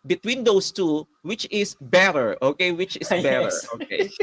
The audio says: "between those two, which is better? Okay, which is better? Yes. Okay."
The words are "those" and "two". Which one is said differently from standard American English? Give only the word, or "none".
those